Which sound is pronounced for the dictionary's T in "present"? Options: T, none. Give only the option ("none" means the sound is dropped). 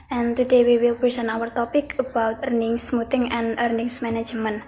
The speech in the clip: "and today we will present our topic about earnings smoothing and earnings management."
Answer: none